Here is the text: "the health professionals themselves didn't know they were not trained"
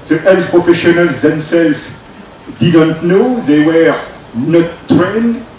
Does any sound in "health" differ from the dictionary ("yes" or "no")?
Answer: yes